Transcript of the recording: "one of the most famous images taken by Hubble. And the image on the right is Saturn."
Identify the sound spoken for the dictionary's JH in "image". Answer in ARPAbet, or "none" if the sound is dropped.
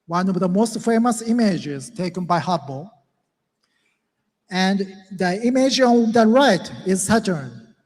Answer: JH